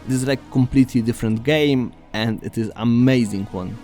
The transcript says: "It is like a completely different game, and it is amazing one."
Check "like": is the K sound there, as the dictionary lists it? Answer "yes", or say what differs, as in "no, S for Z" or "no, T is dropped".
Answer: no, K is dropped